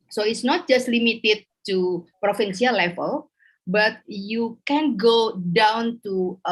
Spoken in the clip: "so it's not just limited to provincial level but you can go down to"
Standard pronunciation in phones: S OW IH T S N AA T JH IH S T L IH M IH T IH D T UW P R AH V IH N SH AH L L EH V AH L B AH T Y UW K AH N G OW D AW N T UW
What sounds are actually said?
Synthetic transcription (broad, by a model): S OW IH T S N AA T JH IH S T L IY M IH T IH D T UW P R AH F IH N S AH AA L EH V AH L B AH T Y UW K AH N G OW D AW N T UW